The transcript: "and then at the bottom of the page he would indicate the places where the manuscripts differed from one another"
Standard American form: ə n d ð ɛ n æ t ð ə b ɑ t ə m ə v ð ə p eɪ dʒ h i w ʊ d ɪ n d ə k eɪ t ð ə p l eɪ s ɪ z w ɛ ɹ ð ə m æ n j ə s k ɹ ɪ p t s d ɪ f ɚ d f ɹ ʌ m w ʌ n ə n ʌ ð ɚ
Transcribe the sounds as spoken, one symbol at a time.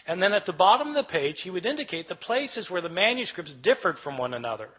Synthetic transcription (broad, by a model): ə n ð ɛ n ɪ t ð ə b ɑ t ə m ə v ð ə p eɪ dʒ h i w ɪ d ɪ n d ə k eɪ t ð ə p l eɪ s ɪ z w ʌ ɹ ð ə m æ n j ə s k ɹ ɪ p t s d ɪ f ɚ d f ɹ ʌ m w ʌ n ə n ʌ ð ɚ